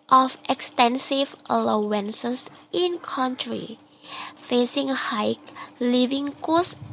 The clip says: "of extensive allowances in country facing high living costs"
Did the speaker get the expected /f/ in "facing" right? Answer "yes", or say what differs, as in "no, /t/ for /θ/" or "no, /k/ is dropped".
yes